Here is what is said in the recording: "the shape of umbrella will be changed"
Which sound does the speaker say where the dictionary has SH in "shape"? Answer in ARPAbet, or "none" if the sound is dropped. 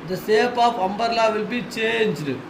S